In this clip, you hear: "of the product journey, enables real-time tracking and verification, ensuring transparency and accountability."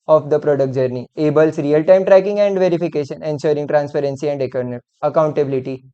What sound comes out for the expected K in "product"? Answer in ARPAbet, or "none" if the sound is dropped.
K